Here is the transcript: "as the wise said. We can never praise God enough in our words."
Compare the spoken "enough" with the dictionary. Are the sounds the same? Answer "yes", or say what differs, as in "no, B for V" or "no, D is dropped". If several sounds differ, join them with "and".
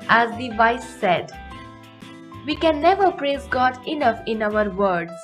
yes